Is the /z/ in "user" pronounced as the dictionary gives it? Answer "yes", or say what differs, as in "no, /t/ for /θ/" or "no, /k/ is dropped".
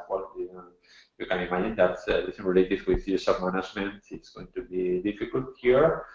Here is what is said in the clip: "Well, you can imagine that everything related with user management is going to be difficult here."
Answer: no, /s/ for /z/